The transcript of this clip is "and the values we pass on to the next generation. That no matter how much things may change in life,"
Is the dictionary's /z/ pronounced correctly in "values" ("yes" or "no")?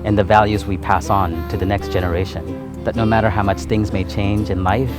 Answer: yes